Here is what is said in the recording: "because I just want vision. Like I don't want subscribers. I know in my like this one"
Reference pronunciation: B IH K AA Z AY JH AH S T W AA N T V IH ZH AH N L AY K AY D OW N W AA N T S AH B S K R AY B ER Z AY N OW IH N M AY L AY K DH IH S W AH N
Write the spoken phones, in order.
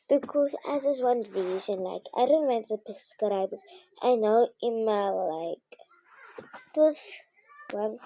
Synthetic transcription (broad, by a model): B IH K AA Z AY Z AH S W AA N V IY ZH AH N L AY K AY D OW N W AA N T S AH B S K R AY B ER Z AY N OW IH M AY L AY K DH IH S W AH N